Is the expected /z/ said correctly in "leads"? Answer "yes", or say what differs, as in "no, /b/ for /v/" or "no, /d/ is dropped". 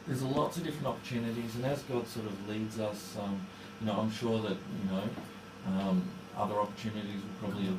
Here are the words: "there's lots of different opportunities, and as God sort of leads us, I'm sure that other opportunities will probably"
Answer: yes